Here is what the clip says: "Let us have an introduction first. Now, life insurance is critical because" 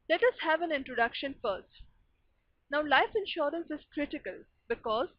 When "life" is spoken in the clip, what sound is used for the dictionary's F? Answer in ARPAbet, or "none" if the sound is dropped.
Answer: F